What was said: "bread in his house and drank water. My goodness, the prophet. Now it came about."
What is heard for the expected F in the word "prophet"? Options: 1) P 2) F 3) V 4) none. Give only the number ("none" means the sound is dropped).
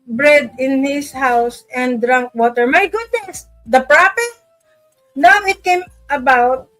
1